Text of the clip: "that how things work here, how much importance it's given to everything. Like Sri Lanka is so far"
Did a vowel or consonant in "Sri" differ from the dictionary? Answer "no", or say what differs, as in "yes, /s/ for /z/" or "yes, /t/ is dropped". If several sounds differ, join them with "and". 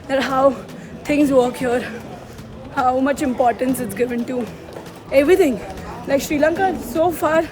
no